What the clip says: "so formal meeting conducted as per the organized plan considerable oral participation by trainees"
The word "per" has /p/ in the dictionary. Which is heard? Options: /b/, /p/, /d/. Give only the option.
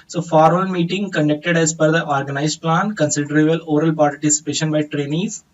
/b/